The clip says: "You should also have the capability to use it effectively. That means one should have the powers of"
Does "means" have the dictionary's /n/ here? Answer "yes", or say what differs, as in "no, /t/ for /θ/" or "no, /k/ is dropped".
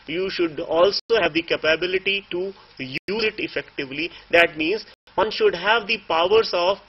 yes